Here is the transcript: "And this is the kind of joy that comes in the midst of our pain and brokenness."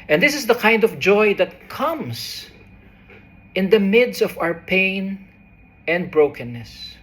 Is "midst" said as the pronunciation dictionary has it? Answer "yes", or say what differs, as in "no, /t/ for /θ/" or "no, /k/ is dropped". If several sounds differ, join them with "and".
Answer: no, /t/ is dropped